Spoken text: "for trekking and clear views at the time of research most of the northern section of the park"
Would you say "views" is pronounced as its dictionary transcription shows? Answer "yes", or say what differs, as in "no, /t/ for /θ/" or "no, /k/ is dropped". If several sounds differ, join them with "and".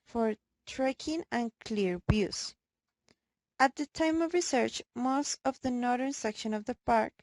no, /b/ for /v/